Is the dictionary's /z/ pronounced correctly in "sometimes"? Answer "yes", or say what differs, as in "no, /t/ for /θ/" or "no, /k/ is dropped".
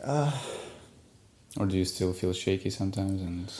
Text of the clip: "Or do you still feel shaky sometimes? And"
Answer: yes